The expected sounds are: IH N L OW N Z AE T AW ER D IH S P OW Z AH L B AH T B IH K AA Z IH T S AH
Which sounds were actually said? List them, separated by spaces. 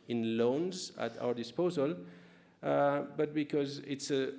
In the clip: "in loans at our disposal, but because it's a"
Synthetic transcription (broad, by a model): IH N L OW N Z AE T AW ER D IH S P OW Z AH L B AH T B IH K AA Z IH T S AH